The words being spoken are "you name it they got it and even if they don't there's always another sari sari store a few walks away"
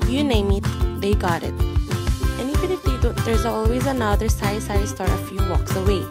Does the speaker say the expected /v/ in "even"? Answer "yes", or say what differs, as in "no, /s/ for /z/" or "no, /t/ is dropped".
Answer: no, /f/ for /v/